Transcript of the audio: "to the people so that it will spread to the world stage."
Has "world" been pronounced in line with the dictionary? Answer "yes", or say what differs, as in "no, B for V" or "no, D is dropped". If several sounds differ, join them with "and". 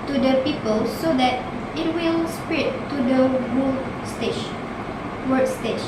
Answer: no, W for L